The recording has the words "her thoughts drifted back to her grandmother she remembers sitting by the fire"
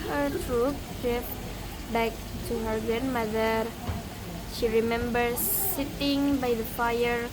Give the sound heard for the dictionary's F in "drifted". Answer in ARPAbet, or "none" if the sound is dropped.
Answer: P